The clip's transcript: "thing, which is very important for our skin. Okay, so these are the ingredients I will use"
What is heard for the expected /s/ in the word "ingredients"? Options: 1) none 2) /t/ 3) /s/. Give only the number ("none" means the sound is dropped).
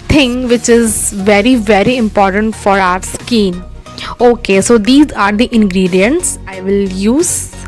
3